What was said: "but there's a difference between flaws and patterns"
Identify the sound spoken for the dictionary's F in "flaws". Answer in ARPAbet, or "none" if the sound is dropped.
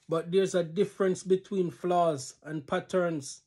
F